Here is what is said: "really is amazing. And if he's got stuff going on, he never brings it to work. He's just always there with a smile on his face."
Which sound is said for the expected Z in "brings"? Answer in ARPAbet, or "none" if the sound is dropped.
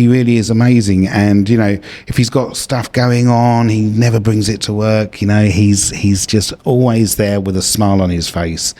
Z